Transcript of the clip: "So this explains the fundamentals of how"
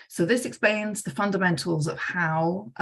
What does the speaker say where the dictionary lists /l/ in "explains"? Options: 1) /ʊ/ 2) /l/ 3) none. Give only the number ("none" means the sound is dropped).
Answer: 2